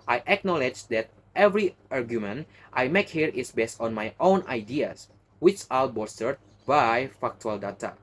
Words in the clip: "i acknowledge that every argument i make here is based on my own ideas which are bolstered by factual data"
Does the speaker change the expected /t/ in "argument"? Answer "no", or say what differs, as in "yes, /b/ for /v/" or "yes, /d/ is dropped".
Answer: no